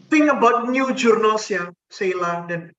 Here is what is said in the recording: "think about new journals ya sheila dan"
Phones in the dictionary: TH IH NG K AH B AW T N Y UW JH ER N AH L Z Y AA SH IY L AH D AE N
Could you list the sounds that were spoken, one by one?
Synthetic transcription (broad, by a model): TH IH NG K AH B AW T N Y UW JH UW N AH L S Y AA S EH L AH D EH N